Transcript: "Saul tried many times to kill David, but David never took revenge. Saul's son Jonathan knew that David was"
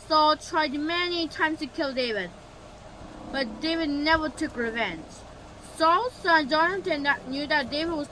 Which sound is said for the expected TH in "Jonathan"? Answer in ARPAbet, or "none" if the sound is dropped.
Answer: T